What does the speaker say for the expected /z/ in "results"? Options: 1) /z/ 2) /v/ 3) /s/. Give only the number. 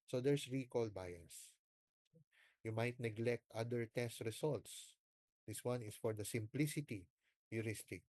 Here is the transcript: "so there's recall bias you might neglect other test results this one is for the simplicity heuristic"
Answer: 3